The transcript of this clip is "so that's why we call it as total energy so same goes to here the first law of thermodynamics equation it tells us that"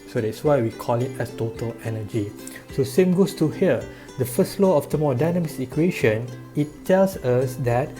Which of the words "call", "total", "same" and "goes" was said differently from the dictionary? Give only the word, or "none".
goes